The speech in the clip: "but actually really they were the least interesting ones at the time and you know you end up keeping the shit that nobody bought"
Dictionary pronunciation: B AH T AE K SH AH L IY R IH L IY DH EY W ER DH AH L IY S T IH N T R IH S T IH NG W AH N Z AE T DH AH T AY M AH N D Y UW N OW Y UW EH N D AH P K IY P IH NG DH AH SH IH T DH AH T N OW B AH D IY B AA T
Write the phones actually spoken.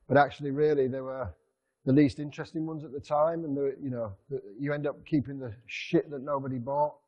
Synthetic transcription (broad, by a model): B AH T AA K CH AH L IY R IH L IY DH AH W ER DH AH L IY S T IH N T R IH S T IH NG W AH N Z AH T DH AH T AY M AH N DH Y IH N OW Y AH EH N D AH P K IY P IH NG DH AH SH IH T DH AH T N OW B AH D IY B AA T